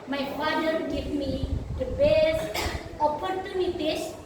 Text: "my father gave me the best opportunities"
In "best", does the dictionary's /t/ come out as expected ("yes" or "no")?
no